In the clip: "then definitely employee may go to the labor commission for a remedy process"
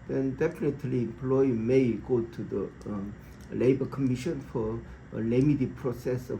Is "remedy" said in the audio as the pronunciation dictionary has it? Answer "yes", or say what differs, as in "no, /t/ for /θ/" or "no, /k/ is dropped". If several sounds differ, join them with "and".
no, /l/ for /ɹ/